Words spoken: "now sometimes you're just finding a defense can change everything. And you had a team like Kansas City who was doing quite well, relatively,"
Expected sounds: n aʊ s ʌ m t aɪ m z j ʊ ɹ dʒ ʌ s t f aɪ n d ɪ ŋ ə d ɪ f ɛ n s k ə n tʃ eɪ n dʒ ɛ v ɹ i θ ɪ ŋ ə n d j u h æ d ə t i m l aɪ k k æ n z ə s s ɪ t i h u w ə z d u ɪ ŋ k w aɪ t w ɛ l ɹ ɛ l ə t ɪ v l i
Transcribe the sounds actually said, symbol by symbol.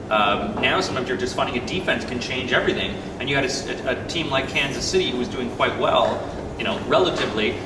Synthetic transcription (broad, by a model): n aʊ s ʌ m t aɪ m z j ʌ ɹ dʒ ʌ s t f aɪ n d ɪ ŋ ə d ɪ f ɛ n s k ə n tʃ eɪ n dʒ ɛ v ɹ i θ ɪ ŋ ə n j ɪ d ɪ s ə t i m l aɪ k k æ n z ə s s ɪ t i h u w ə z d u ɪ ŋ k w aɪ t w ɛ l ɹ ɛ l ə t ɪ v l i